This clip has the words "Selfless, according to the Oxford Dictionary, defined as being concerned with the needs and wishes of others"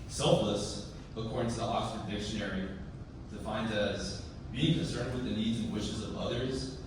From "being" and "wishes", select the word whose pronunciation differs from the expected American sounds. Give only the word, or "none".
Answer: none